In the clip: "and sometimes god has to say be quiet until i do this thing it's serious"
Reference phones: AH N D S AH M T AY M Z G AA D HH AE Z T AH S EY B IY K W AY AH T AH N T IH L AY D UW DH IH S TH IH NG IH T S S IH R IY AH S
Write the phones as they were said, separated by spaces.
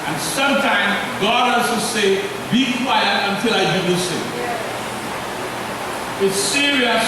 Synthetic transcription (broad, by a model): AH N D S AH M T AY M Z G AA D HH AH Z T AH S EY B IY K W AY AH T AH N T IH L AY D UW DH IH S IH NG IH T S S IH R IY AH S